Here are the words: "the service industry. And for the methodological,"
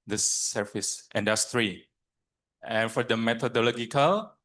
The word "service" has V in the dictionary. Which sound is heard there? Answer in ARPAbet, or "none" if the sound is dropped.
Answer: F